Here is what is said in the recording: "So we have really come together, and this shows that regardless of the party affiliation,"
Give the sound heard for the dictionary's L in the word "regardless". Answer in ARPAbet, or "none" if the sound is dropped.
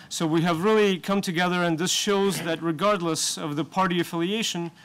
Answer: L